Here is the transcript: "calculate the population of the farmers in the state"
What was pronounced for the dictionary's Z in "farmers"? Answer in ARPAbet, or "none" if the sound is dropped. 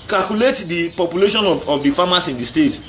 S